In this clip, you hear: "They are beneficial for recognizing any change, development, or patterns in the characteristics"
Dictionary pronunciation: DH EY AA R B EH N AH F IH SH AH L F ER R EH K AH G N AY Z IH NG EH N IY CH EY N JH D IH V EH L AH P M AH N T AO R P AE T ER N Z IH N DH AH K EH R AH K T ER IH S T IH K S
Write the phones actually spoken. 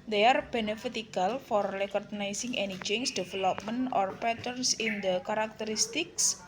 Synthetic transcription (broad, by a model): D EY AA R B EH N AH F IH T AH L F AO R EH K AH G N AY S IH NG EH N IY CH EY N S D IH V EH L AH P M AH N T AO R P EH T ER N S IH N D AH K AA R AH K T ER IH S T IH K S